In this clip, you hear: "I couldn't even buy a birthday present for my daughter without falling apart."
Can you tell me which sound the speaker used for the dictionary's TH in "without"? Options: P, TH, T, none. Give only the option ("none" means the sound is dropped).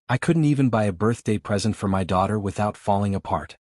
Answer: TH